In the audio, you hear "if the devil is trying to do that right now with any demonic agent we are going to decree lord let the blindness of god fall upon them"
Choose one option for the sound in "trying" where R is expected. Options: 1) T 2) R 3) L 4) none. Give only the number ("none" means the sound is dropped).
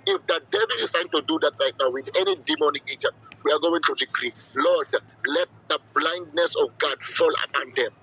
4